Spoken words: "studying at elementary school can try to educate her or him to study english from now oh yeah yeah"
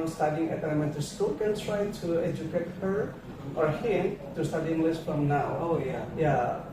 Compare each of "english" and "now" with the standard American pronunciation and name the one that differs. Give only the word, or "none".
english